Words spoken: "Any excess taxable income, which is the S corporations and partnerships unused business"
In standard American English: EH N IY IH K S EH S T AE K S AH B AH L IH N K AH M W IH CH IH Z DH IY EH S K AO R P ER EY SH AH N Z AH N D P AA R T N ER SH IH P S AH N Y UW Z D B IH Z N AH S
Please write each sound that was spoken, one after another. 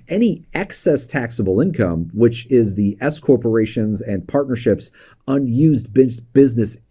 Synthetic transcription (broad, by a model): EH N IY IH K S EH S T AE K S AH B L IH N K AH M W IH CH IH Z DH IY EH S K AO R P ER EY SH AH N Z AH N P AA R T N ER SH IH P S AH N Y UW Z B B IH Z N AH S